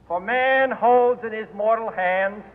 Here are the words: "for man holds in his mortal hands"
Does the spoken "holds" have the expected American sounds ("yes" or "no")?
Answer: yes